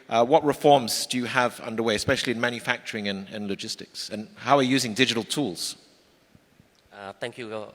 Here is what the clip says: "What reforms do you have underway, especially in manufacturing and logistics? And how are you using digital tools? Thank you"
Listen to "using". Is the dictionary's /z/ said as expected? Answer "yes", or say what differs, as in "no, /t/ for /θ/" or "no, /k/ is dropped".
yes